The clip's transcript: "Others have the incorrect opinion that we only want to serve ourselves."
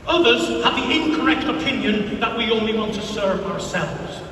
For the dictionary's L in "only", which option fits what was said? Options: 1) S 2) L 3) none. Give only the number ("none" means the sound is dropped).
2